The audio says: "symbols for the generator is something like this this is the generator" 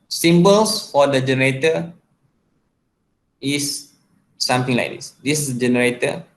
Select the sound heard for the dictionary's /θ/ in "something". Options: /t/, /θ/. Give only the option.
/t/